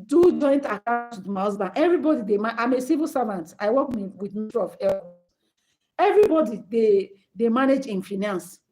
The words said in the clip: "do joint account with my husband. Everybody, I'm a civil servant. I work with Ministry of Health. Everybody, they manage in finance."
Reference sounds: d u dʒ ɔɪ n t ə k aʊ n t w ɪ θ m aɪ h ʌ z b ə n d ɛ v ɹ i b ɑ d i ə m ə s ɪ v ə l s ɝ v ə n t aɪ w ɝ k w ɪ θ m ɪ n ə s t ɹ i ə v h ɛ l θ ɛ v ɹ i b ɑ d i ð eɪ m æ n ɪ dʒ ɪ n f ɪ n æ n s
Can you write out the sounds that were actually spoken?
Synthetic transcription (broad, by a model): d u dʒ ɔɪ n t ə k aʊ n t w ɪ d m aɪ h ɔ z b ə n ɛ v ɹ i b ɑ d i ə m ə s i v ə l s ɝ v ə n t aɪ w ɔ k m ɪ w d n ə t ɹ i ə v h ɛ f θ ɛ v ɹ i b ɑ d i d eɪ m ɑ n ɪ dʒ ɪ n f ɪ n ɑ n s